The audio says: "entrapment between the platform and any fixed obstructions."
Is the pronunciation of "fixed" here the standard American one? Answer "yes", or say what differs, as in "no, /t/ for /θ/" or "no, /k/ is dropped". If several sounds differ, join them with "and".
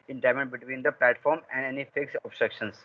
no, /t/ is dropped